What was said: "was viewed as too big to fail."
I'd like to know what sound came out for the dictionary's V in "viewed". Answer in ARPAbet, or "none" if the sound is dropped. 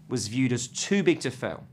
V